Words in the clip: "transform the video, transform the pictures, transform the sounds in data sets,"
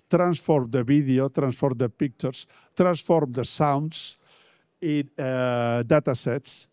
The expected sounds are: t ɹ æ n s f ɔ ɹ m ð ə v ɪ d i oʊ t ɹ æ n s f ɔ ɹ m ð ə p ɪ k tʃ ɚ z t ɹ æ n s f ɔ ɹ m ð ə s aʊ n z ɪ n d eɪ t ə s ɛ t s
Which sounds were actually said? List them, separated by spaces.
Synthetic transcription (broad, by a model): t ɹ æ n s f ɔ ɹ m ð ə b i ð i oʊ t ɹ æ n s f ɔ ɹ m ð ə p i k tʃ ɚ s t ɹ æ n s f ɔ ɹ m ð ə s aʊ n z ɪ n d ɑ t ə s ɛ t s